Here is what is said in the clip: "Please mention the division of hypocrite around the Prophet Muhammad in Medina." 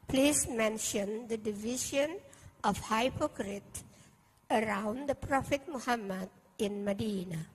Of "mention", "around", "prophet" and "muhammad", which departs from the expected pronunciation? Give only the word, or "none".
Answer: none